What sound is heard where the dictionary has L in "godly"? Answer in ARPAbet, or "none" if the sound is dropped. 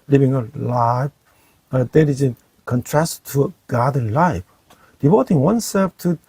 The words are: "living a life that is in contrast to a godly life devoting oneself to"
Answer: none